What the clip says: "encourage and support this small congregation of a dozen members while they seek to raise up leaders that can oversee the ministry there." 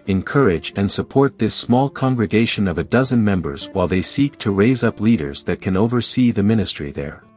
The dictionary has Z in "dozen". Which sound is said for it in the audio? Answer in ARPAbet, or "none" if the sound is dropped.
Z